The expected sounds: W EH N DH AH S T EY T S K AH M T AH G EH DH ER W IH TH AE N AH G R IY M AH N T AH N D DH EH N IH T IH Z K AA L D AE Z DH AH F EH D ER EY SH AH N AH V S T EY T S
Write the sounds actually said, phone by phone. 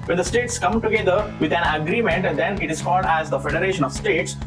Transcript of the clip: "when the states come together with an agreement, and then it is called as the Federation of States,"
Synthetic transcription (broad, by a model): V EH N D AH S T EY T S K AH M T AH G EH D ER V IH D AE N AH G R IY M AH N T AH N D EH N IH T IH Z K AA L D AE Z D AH F EH D ER EY SH AH N AH V S T EY T S